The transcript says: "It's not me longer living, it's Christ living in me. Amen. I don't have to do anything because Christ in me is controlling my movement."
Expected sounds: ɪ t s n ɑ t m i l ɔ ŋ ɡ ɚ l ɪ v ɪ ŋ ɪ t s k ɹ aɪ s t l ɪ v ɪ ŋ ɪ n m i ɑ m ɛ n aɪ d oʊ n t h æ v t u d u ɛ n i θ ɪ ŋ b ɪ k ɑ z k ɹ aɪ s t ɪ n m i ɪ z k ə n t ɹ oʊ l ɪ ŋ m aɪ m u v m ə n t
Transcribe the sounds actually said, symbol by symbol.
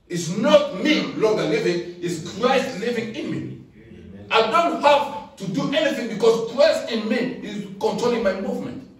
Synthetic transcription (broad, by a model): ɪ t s n ɑ t m i l ɔ ŋ ɡ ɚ l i v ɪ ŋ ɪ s k ɹ aɪ s t l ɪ v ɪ ŋ ɪ n m i ɑ ɪ d oʊ n t h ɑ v t u d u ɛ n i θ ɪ ŋ b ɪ k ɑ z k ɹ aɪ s t ɪ n m i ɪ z k ə n t ɹ oʊ l ɪ ŋ m aɪ m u v m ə n t